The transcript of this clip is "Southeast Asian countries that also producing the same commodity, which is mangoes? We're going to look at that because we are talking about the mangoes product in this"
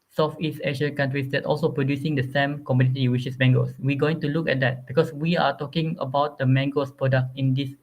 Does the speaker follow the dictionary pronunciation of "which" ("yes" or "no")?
no